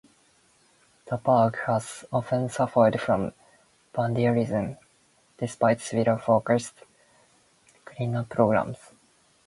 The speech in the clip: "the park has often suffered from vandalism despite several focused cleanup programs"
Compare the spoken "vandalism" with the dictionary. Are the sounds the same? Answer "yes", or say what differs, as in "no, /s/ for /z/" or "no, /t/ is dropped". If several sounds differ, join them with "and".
no, /b/ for /v/